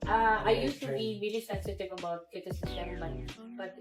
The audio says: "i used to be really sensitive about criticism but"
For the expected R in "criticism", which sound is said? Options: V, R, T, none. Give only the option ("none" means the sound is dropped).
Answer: none